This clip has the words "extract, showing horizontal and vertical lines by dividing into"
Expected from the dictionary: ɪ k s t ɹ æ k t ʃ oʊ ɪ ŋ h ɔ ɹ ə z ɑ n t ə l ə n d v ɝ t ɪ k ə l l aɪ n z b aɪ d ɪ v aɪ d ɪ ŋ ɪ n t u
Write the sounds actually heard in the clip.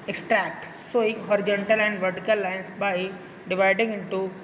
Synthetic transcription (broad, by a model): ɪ k s t ɹ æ k t s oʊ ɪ ŋ h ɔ ɹ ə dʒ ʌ n t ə l ə n d v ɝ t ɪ k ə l l aɪ n s b aɪ d ɪ v aɪ d ɪ ŋ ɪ n t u